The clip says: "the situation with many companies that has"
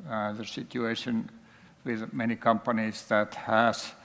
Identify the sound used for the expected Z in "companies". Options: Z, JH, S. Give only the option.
S